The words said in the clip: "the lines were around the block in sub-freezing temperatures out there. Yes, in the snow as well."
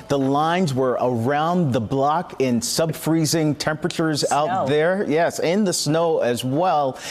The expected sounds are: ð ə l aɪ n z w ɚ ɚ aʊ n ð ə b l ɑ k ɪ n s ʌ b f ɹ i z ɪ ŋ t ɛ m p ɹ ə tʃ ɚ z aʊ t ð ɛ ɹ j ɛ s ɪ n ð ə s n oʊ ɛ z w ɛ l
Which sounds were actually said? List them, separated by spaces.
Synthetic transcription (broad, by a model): ð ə l aɪ n z w ɚ ɚ aʊ n ð ə b l ɑ k ɪ n s ʌ b f ɹ i z ɪ ŋ t ɛ m p ɹ ə tʃ ɚ z aʊ t ð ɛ ɹ j ɛ s ɪ n ð ə s n oʊ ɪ z w ɛ l